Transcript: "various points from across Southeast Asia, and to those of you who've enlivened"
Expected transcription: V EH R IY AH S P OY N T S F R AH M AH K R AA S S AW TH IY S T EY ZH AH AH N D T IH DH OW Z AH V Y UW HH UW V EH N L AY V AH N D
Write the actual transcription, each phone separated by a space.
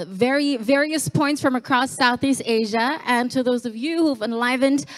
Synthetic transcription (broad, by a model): V EH R IY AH S P OY N T S F R AH M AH K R AA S S AW TH IY S T EY ZH AH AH N T IH DH OW Z AH V Y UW HH UW V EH N L AY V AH N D